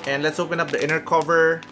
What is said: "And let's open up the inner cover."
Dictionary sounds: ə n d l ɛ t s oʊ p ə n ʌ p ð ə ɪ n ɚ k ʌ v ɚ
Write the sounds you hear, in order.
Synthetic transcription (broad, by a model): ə n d l ɛ t s oʊ p ə n ʌ p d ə ɪ n ɚ k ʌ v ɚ